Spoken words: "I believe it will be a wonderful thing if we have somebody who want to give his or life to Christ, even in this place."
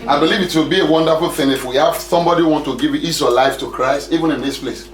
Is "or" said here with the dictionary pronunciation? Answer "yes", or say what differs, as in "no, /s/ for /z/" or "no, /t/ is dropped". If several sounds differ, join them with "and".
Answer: no, /w/ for /ɹ/